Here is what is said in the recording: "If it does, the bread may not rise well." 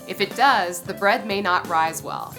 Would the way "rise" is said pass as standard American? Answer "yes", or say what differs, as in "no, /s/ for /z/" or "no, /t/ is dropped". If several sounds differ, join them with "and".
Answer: yes